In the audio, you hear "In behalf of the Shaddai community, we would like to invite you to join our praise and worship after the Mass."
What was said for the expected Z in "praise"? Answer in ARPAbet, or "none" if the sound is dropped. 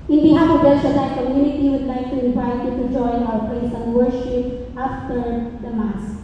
S